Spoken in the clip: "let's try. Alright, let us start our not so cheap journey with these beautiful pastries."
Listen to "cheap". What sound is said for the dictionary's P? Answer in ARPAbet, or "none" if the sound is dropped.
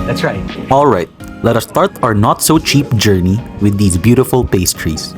P